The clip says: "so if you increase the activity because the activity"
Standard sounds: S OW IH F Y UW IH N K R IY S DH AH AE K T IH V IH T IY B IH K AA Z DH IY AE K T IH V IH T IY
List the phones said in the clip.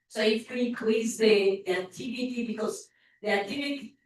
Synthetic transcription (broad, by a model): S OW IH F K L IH K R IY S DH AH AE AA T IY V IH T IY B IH K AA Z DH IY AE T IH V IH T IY